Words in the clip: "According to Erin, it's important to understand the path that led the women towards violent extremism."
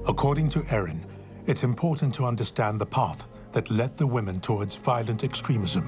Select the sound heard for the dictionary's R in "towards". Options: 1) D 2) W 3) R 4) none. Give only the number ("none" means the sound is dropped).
3